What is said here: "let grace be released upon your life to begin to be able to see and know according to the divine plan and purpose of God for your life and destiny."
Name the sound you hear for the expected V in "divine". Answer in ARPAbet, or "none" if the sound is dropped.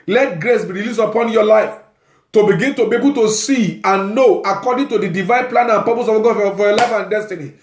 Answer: V